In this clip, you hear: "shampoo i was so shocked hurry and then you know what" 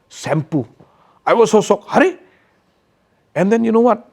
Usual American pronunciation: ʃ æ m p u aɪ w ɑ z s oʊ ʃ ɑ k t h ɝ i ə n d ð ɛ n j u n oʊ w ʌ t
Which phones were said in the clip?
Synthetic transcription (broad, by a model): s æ m p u aɪ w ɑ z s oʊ s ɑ k h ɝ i ə n d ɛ n j u n oʊ w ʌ t